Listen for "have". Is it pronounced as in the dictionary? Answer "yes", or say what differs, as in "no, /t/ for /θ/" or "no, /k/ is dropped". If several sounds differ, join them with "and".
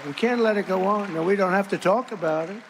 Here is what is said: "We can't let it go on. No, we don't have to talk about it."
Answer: no, /f/ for /v/